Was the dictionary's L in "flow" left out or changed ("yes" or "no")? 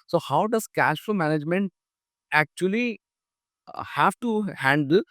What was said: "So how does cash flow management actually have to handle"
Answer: yes